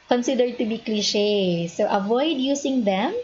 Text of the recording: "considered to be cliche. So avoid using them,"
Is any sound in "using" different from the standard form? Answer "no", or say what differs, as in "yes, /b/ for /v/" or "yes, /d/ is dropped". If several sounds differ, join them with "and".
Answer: yes, /s/ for /z/